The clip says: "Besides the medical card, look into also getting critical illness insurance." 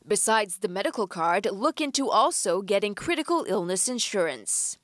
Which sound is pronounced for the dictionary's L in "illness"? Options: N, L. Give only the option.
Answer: L